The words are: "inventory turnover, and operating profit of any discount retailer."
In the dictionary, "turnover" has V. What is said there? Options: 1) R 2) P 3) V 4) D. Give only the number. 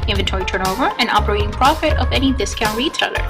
3